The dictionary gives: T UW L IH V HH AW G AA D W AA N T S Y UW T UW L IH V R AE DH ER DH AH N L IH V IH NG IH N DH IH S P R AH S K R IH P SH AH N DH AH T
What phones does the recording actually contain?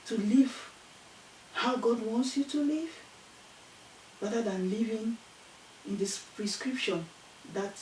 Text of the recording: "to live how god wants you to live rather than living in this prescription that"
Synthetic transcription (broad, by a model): T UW L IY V HH AW G AA D W AA N T S Y UW T UW L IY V R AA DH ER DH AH N L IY V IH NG IH N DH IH S P R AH S K R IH P SH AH N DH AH T